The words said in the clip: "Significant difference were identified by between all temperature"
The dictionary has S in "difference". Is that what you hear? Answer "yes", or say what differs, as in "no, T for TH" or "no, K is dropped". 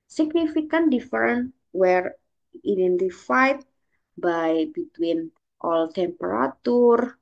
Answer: no, S is dropped